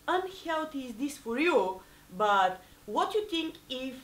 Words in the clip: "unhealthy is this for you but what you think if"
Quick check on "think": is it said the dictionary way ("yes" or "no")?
no